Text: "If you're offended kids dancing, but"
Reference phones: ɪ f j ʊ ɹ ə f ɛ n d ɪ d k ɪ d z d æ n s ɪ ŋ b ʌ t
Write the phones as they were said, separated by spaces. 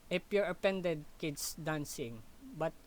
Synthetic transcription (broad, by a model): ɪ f j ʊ ɹ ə p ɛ n d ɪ d k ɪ d s d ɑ n s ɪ ŋ b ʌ t